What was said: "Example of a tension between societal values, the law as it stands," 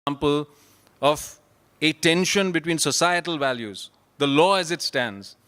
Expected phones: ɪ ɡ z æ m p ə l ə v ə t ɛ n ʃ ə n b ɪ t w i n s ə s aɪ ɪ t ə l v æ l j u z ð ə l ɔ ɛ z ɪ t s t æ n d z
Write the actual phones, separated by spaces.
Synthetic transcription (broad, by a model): m p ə l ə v ə t ɛ n ʃ ə n b ɪ t w i n s ə s aɪ ɪ t ə l v æ l j u z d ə l ɔ ɛ z ɪ t s t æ n d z